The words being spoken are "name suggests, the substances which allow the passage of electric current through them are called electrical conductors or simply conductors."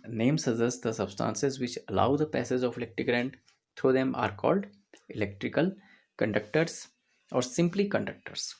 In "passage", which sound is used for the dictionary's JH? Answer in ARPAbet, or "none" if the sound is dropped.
Z